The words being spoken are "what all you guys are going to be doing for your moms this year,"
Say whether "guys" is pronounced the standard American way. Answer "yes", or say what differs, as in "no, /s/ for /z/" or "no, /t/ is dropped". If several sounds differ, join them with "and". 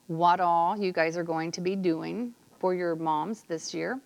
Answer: yes